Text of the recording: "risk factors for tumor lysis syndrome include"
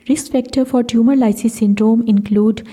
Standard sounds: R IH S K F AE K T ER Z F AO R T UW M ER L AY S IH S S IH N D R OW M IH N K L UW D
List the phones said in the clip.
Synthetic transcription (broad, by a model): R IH S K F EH K T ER F AO R T UW M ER L AY S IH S S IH N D R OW M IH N K L UW D